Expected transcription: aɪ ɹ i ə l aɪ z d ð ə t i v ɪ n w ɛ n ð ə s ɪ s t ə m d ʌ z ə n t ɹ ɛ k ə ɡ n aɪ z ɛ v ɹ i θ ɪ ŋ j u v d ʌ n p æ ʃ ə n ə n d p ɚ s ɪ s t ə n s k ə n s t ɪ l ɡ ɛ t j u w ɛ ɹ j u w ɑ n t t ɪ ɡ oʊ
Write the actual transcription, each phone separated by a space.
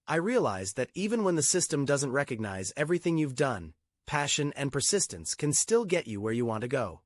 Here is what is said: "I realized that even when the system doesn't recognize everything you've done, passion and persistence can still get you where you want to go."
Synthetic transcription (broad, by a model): aɪ ɹ i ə l aɪ z ð ə t i v ɪ n w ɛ n ð ə s ɪ s t ə m d ʌ z ə n t ɹ ɛ k ə ɡ n aɪ z ɛ v ɹ i θ ɪ ŋ j u v d ʌ n p æ ʃ ə n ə n p ɚ s ɪ s t ə n s k ə n s t ɪ l ɡ ɛ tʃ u w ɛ ɹ j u w ɑ n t t ɪ ɡ oʊ